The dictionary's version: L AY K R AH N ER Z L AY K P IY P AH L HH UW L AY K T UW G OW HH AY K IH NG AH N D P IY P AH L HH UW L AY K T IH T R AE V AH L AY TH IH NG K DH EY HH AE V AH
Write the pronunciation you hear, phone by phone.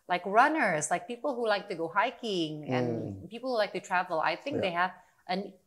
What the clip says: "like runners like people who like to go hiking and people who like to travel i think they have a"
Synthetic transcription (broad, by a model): L AY K R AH N ER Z L AY K P IY P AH L HH UW L AY K T UW G OW HH AY K IH NG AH N P IY P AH L HH UW L AY K T IH T R AE V AH L AY TH IH NG K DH EY HH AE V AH